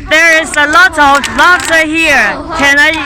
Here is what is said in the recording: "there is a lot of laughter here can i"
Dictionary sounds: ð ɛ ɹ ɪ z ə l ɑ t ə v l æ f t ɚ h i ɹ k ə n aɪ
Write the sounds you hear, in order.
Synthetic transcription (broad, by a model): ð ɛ ɹ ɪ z ə l ɑ t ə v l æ t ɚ h i ɹ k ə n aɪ